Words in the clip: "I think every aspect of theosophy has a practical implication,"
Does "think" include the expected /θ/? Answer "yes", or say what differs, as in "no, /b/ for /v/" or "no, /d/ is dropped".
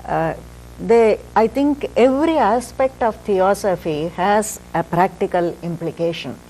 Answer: no, /t/ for /θ/